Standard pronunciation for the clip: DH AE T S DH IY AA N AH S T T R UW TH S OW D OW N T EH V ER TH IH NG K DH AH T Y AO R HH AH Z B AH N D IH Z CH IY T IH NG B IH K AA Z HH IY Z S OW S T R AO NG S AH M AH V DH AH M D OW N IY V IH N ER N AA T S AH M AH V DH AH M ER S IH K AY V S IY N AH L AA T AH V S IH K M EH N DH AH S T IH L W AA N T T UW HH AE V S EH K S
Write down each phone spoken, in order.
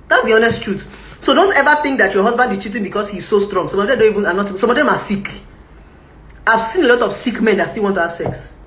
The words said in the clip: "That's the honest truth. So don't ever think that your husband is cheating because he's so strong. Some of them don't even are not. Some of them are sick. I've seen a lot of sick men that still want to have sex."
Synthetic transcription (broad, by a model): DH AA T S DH IY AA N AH S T T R UW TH S OW D OW N T EH V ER TH IH NG K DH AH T Y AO HH AH Z B AH N D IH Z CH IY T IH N B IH K AA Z HH IY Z S OW S T R AO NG S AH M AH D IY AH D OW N IY V IH N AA N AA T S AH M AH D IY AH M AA S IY K AY V S IY N AH L AA T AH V S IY K M EH N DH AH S T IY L W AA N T T UW HH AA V S EH K S